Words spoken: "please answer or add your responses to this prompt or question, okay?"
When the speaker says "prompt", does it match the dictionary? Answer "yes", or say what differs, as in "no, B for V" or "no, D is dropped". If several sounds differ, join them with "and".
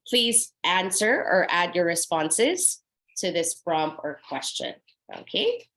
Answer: no, T is dropped